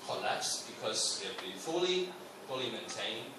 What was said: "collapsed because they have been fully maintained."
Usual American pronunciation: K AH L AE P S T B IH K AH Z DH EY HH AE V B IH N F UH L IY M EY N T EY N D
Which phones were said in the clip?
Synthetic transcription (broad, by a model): K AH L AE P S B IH K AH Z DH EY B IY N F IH L F UH L IY M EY N T EY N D